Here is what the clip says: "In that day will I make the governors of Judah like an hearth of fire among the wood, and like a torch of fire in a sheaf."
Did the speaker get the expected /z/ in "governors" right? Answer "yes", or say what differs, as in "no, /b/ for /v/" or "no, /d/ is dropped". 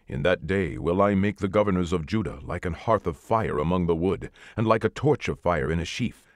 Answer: yes